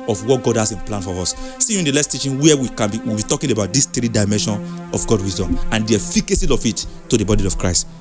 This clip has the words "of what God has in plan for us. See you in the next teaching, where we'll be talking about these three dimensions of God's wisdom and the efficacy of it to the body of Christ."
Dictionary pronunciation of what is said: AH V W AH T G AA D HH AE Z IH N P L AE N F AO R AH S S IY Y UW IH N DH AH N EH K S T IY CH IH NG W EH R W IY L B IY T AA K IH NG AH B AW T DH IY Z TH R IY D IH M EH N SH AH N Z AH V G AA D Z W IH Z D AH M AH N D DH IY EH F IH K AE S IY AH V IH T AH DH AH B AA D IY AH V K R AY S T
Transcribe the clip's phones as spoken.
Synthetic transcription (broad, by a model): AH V W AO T G AA D HH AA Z IH N P L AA N F AO R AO S S IY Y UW IH N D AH L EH S T IY CH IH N W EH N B IY W B IY T AA K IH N AH B AW T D IY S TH R IY D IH M EH N SH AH N AH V G AA D W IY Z D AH M AH N D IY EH F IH K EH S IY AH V IH T AH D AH B AA D IY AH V K R AY S T